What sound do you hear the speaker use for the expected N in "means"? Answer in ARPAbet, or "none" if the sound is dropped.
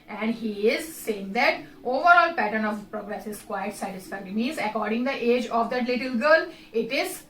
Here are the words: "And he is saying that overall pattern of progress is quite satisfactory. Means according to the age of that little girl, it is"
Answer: none